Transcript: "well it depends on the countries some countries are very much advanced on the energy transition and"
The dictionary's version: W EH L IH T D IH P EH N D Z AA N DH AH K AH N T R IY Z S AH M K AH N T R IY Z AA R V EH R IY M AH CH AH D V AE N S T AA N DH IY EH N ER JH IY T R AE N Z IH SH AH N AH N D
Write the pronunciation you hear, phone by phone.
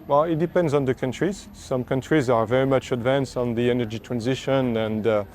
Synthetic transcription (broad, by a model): W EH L IH T D IH P EH N D Z N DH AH K AH N T R IY Z S AH M K AH N T R IY Z AA R V EH R IY M AH CH AH D V AE N S T N DH IY EH N ER JH IY T R AE N Z IH SH AH N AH N D